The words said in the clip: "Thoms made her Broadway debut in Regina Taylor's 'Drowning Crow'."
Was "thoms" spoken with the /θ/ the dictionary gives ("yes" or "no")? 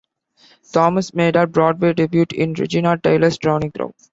no